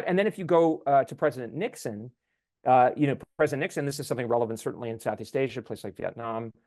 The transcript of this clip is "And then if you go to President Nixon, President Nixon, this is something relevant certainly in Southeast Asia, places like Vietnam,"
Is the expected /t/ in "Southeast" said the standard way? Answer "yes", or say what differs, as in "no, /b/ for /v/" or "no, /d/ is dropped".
yes